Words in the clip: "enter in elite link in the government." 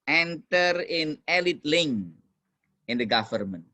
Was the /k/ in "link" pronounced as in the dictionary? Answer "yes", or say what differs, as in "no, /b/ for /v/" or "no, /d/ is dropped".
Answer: no, /k/ is dropped